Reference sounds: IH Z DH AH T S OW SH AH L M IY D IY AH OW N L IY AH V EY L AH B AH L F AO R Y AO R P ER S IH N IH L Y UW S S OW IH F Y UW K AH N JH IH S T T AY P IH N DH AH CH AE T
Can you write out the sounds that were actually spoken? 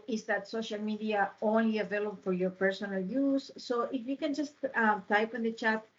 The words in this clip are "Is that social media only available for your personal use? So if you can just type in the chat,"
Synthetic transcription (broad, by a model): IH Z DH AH T S OW SH AH L M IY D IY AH OW N L IY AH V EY L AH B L F AO R Y AO R P ER S IH N IH L Y UW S S OW IH F Y UW K AH N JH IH S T T AY P IH N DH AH CH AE T